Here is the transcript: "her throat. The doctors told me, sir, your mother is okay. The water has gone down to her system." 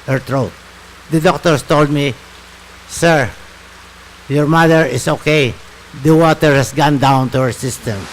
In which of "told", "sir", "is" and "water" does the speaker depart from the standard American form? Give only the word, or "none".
is